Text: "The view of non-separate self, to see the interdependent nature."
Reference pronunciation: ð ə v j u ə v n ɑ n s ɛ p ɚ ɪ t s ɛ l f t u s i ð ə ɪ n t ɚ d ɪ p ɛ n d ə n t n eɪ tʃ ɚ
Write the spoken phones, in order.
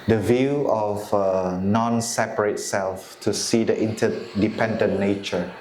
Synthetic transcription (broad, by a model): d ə v j u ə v n ɑ n s ɛ p ɚ ɪ t s ɛ l f t u s i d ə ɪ n t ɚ d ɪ p ɛ n d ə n n eɪ tʃ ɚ